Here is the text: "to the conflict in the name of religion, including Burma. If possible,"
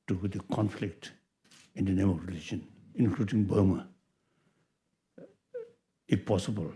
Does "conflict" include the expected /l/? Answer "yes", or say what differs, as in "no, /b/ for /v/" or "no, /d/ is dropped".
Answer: yes